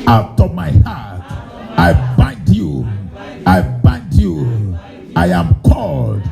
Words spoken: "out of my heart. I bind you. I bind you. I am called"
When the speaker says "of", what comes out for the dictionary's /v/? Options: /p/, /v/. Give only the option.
/p/